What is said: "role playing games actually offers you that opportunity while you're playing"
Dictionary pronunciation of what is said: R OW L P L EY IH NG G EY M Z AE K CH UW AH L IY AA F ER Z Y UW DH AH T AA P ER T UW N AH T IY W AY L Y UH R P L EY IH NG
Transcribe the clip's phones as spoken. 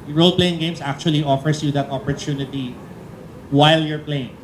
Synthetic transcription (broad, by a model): R OW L P L EY IH NG G EY M S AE K CH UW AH L IY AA F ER S Y UW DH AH T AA P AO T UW N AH T IY W AY L Y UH R P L EY IH NG